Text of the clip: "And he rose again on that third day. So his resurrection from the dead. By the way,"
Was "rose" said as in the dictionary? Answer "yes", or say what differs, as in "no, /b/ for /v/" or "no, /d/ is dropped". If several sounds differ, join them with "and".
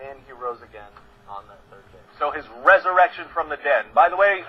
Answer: yes